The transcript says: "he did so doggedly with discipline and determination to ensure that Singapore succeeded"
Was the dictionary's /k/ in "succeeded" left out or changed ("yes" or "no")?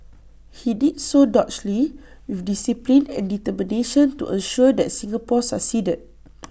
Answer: yes